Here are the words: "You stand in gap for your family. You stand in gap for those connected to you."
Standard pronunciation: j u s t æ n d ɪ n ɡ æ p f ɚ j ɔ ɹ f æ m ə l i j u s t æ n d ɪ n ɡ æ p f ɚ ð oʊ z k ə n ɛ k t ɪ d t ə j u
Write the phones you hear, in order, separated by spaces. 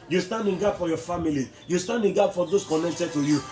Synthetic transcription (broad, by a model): j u s t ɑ n d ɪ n ɡ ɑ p f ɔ j ɔ f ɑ m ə l i j u s t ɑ n d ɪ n ɡ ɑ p f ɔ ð oʊ s k ə n ɛ k t ɪ d t ə j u